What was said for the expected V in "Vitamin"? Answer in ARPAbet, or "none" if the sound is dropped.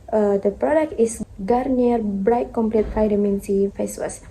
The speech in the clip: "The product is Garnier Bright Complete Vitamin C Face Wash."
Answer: F